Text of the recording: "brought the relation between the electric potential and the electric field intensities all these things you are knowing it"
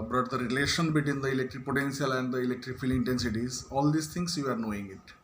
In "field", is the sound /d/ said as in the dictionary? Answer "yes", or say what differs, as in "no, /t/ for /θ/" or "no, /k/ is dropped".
no, /d/ is dropped